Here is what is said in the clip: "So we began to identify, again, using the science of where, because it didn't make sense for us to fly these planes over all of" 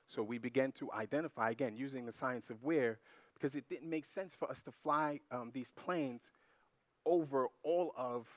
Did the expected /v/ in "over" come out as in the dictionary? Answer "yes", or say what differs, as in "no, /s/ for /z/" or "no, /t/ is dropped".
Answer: yes